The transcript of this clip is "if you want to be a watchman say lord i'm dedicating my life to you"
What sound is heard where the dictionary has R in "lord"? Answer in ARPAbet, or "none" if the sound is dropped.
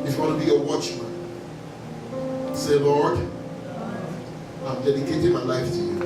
R